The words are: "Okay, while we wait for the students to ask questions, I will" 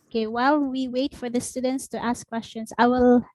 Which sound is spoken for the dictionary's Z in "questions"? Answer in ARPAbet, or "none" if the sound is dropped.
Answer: S